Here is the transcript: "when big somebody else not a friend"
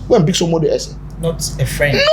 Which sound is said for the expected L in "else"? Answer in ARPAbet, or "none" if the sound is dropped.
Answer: none